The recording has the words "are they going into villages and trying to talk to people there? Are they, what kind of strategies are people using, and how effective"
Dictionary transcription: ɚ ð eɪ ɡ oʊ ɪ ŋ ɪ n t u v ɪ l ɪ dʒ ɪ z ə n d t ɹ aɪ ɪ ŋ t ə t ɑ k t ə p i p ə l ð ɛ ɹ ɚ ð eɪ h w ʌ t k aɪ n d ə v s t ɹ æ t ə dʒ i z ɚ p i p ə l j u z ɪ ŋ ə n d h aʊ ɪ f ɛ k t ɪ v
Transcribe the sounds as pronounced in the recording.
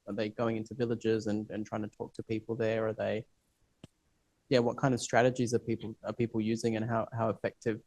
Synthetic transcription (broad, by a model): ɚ ð eɪ ɡ oʊ ɪ ŋ ɪ n t u v ɪ l ɪ dʒ ɪ z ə n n t ɹ aɪ ɪ ŋ t ə t ɑ k t ə p i p l ð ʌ ɹ ɚ ð eɪ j w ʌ t k aɪ n d ə v s t ɹ æ t ə dʒ i z ɚ p i p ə l j u z ɪ ŋ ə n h h aʊ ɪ f ɛ k t ɪ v